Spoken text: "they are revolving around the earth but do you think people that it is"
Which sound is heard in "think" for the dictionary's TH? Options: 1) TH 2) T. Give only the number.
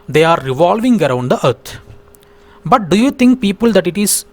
2